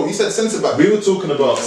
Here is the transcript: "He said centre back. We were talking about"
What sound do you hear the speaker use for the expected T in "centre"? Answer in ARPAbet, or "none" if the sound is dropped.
S